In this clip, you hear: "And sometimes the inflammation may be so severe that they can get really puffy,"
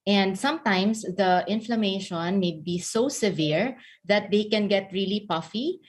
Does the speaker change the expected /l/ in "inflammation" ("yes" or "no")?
no